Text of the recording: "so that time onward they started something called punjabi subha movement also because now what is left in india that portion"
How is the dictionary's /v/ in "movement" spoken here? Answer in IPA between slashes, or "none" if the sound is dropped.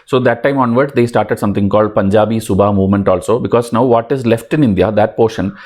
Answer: /v/